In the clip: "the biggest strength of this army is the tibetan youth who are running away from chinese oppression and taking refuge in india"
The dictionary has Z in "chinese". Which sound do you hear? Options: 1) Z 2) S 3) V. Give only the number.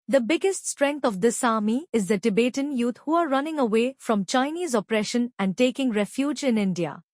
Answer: 1